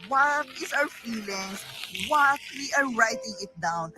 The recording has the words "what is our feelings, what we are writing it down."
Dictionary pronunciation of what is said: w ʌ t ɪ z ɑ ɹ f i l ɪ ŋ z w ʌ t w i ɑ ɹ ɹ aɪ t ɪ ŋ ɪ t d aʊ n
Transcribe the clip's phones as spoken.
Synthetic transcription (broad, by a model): w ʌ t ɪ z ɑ w f i l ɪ ŋ s w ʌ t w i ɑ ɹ ɹ aɪ t ɪ ŋ ɪ t d aʊ n